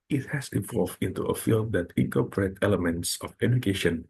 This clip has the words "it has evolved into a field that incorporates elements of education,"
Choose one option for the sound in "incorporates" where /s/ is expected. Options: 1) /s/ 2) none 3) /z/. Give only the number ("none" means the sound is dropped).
2